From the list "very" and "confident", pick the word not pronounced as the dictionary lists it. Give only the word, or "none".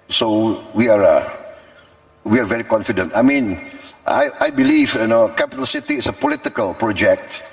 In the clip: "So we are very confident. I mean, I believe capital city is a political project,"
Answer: none